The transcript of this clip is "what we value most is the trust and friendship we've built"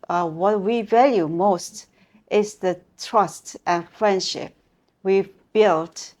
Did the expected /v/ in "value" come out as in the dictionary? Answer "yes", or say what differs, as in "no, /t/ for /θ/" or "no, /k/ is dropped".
yes